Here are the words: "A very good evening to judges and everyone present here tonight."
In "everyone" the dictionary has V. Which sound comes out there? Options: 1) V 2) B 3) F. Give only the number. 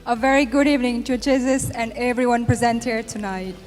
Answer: 1